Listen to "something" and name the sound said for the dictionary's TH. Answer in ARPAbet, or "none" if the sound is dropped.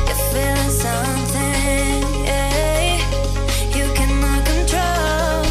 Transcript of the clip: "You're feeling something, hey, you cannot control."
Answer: TH